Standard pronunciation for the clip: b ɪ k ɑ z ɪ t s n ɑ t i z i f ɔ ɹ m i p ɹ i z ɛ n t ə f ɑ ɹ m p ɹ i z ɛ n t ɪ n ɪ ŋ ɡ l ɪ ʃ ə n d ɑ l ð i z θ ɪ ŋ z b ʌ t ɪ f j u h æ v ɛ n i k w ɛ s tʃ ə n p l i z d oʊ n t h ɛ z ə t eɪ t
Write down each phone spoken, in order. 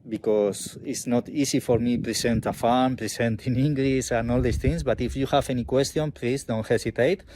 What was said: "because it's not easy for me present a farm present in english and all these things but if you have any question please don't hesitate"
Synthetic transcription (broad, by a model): b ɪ k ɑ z ɪ t s n ɑ t i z i f ɔ ɹ m i p ɹ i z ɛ n t ə f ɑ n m p ɹ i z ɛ n t ɪ n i ŋ ɡ l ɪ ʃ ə n ɑ l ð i s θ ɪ ŋ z b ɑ t ɪ f j u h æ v ɛ n i k w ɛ s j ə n p l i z d oʊ n t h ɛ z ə t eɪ t